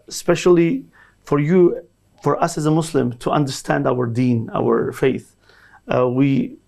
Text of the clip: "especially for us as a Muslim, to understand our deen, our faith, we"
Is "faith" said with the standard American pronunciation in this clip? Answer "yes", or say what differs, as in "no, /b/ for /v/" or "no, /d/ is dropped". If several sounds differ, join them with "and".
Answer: yes